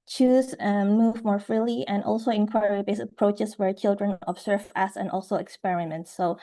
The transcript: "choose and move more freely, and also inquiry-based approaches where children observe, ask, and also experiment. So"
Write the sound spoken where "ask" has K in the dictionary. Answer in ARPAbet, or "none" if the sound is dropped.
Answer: none